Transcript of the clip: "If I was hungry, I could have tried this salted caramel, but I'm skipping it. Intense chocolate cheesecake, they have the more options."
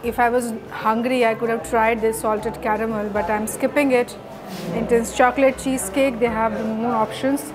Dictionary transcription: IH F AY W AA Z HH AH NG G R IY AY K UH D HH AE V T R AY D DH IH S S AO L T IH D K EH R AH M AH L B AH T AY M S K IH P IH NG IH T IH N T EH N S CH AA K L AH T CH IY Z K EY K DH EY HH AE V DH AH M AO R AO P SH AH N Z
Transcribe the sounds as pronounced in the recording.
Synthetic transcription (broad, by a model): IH F AY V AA Z HH AH NG G R IY AY K UH D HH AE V T R AY D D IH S S AO L T IH D K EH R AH M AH L B AH T AY M S K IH P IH NG IH T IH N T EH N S CH AA K L AH T CH IY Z K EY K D EY HH AE V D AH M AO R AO P SH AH N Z